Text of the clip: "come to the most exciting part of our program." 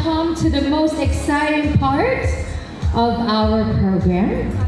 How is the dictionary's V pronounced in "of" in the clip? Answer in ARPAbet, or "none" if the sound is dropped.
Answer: V